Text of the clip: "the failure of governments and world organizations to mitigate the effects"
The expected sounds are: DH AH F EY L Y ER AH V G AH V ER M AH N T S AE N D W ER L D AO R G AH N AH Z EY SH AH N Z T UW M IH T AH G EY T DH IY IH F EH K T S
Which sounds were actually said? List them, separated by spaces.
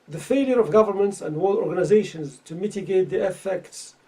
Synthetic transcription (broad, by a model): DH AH F EY L Y ER AH V G AH V ER M AH N T S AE N D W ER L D AO R G AH N AH Z EY SH AH N Z T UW M IH T AH G EY T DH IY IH F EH K T S